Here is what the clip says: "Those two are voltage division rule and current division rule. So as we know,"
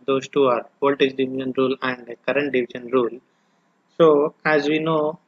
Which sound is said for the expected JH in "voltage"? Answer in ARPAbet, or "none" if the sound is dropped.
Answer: Z